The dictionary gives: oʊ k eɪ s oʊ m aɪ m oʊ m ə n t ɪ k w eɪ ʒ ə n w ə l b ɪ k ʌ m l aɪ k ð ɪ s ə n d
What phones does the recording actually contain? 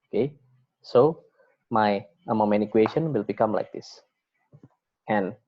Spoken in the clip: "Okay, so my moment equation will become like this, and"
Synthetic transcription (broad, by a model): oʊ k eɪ s oʊ m aɪ m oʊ m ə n ɪ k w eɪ ʃ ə n w ə l b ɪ k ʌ m l aɪ k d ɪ s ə n